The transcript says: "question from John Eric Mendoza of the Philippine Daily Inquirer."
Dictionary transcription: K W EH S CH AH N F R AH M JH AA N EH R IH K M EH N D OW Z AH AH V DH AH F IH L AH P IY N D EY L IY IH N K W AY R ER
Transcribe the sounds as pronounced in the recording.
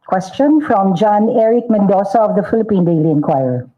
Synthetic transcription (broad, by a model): K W EH S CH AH N F R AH M JH AA N EH R IH K M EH N D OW S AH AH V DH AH F IH L AH P IY N D EY L IY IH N K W AY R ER